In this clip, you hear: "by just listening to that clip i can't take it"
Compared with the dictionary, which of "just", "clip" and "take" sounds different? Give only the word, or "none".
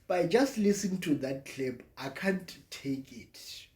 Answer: clip